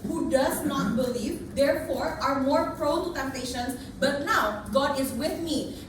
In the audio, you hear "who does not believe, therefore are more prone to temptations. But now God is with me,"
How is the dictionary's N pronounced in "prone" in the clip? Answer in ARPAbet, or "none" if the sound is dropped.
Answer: L